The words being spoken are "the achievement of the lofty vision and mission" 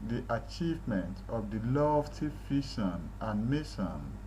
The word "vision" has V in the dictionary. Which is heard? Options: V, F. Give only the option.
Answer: F